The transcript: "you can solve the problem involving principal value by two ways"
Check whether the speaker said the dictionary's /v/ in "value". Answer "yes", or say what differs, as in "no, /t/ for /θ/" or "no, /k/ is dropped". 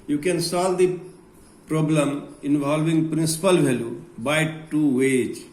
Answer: no, /b/ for /v/